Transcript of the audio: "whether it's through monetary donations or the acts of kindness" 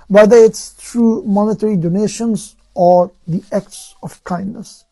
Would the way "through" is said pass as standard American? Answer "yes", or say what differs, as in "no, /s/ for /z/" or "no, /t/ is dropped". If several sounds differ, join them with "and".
no, /t/ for /θ/